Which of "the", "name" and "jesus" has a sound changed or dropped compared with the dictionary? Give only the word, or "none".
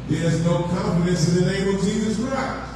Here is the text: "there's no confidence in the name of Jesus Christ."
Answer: none